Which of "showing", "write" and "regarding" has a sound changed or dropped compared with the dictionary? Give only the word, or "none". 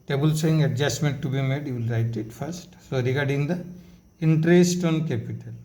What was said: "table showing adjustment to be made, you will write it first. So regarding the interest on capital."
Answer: showing